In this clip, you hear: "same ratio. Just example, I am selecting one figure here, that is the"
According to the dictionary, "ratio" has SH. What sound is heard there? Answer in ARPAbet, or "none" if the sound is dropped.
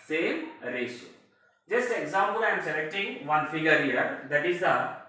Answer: S